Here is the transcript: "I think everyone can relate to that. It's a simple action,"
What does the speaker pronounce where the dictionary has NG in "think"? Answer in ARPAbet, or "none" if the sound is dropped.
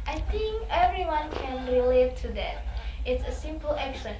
NG